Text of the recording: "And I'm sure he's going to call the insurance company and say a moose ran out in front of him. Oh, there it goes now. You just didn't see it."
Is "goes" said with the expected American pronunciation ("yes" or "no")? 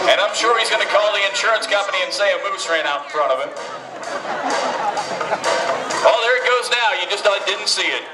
yes